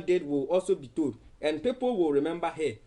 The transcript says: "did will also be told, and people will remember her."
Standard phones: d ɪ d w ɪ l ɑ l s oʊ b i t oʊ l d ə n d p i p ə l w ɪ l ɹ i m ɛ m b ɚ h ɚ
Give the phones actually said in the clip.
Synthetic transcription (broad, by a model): d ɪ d w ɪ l ɑ l s oʊ b i t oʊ d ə n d p i p ə l w ɪ l ɹ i m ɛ m b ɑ h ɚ